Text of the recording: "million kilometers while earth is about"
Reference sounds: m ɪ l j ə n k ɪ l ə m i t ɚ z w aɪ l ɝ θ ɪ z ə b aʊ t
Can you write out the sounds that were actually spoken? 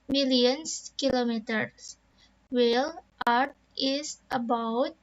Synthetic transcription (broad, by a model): m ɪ l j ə n k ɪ l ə m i t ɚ s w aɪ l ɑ t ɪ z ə b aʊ t